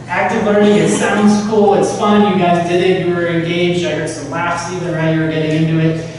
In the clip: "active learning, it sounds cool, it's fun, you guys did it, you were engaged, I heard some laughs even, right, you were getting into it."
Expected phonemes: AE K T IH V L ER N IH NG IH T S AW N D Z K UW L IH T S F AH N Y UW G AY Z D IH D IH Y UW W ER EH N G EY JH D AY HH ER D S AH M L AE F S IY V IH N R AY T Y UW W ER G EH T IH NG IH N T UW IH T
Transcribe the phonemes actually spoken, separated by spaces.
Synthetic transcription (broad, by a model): AE K T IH V L ER N IH NG IH T S AW N D Z K UW L IH T S F AH N Y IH G AY Z D IH D IH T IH W ER EH N G EY JH D AY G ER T S AH M L AE F S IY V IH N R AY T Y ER G EH T IH NG IH N T UW IH T